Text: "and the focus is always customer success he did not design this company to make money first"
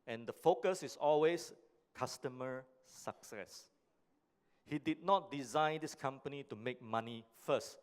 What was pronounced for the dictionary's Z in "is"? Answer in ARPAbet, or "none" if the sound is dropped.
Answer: S